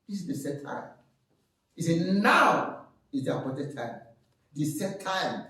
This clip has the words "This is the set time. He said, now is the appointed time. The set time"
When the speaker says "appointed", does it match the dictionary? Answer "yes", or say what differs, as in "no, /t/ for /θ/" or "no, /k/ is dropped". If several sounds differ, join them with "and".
no, /n/ is dropped